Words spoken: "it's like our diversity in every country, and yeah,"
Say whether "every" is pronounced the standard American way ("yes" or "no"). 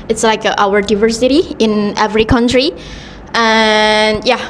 yes